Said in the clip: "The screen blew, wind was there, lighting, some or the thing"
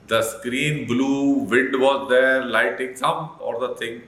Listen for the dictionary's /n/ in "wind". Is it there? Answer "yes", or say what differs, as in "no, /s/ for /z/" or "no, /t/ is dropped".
no, /n/ is dropped